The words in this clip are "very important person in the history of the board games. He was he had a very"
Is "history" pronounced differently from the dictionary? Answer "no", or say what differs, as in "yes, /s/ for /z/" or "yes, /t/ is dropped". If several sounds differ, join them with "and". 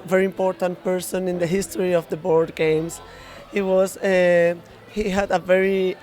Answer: no